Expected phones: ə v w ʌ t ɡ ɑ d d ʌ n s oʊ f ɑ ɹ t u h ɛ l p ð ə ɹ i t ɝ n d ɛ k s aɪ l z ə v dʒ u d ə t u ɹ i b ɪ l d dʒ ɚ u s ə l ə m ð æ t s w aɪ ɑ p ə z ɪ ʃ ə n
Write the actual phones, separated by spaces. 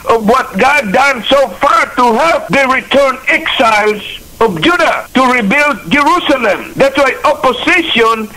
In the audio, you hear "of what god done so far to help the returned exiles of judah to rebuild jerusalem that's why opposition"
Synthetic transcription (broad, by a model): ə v w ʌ t ɡ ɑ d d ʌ n s oʊ f ɑ ɹ t u h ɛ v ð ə ɹ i t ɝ n ɛ k s aɪ l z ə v dʒ u d ə t u ɹ i b ɪ l d dʒ ɚ u s ə l ə m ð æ t s w aɪ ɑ p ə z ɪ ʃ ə n